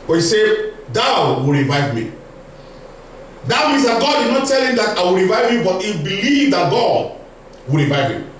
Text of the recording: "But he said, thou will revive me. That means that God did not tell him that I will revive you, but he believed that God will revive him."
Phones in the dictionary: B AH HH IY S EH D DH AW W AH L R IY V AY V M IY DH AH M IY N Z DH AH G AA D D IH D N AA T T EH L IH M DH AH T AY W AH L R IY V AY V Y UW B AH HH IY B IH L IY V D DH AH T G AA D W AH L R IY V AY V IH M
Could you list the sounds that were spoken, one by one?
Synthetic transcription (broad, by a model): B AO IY S EH D AW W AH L R IY V AY V M IY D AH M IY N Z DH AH G AA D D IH N AA T T EH L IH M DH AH T AY W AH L R IY V AY V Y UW B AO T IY B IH L IY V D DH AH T G AA D W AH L R IY V AY V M